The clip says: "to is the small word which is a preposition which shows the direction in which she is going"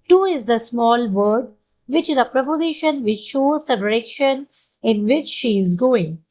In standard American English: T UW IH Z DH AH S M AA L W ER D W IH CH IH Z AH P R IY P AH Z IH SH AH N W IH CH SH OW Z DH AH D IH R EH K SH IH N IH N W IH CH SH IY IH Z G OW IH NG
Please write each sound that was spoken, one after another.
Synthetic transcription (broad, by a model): T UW IH Z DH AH S M AA L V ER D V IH CH IH Z AH P R IY P AH Z IH SH AH N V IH CH SH OW Z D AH D IH R EH K SH IH N IH N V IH CH SH IY IH Z G OW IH NG